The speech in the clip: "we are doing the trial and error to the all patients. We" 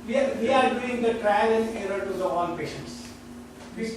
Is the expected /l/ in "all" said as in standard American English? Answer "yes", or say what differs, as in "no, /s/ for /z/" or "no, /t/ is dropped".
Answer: no, /n/ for /l/